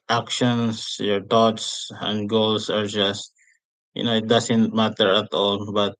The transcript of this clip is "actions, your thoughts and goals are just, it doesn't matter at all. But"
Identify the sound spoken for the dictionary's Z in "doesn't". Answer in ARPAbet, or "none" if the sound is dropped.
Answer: S